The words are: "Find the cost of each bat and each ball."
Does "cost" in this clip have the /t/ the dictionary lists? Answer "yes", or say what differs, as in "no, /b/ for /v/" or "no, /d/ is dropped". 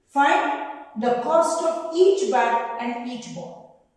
yes